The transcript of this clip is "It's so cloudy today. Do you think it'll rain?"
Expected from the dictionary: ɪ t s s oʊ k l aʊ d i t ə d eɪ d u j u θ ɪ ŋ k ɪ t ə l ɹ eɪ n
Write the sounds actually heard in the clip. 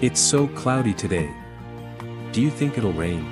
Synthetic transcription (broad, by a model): ɪ t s s oʊ k l aʊ d i t ə d eɪ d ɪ j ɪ θ ɪ ŋ k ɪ t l ɹ eɪ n